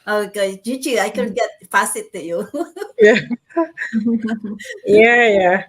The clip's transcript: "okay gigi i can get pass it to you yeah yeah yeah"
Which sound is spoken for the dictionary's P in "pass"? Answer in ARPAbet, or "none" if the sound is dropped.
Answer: F